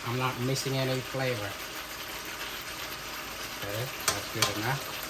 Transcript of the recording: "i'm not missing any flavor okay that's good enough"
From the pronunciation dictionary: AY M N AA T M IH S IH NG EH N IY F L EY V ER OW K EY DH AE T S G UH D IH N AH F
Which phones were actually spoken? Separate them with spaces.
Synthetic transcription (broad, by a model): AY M L AA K M IH S IH NG EH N IY F L EY V ER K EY DH AE T S G UH D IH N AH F